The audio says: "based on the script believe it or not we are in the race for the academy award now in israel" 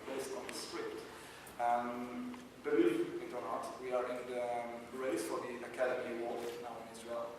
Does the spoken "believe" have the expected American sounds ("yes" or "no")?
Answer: no